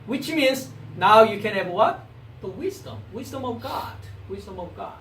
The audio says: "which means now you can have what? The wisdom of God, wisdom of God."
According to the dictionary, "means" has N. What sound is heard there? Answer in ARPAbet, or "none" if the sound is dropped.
N